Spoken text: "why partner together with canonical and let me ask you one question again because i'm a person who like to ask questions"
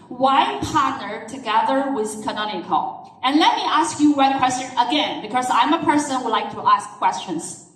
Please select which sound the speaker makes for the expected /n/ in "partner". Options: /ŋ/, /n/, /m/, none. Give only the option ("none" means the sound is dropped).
/n/